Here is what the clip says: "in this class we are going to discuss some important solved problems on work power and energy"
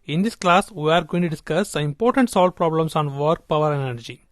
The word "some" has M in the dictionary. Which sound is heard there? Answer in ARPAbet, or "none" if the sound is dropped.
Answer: none